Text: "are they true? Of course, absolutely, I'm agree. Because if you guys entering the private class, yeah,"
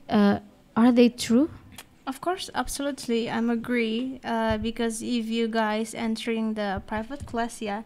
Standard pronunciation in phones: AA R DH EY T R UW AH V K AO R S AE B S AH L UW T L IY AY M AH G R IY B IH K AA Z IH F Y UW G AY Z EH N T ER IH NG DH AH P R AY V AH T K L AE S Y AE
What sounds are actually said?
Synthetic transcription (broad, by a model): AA R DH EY T R UW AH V K AO R S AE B S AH L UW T L IY AY M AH G R IY B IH K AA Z IH F Y UW G AY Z EH N T ER IH NG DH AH P R AY V AH T K L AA S Y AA